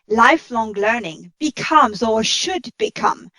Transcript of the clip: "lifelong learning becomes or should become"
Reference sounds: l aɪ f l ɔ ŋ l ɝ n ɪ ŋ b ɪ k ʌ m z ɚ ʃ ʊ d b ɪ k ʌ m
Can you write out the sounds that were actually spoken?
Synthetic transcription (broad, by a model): l aɪ f l ɔ ŋ l ɝ n ɪ ŋ b ɪ k ʌ m z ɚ ʃ ʊ d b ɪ k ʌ m